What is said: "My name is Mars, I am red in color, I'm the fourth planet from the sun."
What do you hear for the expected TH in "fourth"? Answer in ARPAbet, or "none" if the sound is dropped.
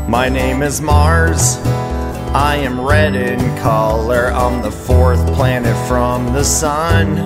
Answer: TH